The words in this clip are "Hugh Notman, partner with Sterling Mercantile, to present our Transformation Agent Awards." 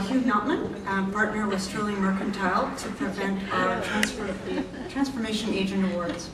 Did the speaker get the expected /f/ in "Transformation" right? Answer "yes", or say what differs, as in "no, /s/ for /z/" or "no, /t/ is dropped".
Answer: yes